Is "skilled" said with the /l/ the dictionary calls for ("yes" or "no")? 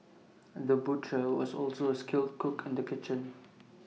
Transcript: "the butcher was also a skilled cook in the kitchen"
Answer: yes